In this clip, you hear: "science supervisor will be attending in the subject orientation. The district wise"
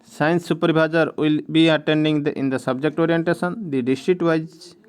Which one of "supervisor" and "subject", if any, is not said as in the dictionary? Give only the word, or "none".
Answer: supervisor